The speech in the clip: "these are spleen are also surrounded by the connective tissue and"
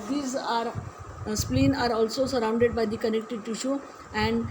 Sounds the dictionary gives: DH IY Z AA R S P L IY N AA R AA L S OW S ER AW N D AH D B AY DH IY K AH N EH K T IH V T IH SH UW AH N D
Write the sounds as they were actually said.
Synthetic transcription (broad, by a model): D IY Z AA R S P L IY N AA R AA L S OW S ER AW N D AH D B AY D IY K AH N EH K T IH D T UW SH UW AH N D